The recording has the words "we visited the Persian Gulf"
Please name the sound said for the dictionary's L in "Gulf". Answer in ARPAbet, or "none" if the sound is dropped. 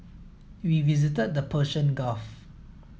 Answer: none